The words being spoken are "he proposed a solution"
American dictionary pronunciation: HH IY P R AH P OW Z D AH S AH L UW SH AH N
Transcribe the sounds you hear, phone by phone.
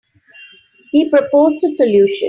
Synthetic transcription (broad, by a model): HH IY P R AH P OW Z D AH S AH L UW SH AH